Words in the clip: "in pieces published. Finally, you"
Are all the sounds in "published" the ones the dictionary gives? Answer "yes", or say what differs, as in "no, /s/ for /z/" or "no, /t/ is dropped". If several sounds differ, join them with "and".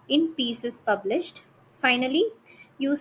yes